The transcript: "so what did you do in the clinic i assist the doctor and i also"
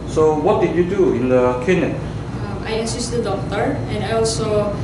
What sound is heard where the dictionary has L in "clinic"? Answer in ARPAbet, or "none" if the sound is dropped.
none